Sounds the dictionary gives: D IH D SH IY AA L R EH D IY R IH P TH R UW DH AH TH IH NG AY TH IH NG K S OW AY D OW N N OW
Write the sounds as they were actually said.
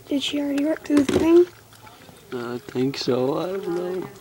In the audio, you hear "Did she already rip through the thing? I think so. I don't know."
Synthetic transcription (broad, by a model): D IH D SH IY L R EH D IY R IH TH UW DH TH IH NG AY TH IH NG K S OW AY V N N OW